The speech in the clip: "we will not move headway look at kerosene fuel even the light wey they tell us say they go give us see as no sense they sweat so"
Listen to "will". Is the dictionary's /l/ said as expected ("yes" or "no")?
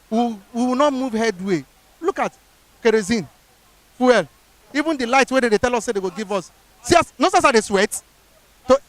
no